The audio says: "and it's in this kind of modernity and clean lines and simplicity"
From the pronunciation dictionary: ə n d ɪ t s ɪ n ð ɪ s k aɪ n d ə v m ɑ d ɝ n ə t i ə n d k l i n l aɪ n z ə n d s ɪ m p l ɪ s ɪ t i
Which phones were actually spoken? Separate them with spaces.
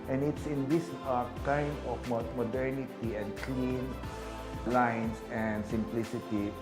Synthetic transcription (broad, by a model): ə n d ɪ t s ɪ n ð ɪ s k aɪ n d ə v m ɑ d ɝ n ə t i ə n d k l i n l aɪ n s ə n d s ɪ m p l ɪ s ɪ t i